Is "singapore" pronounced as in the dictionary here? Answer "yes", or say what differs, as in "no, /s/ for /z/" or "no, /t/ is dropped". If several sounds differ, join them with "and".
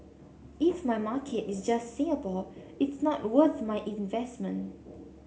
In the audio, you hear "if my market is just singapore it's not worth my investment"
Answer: no, /ŋ/ is dropped and /b/ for /p/ and /l/ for /ɹ/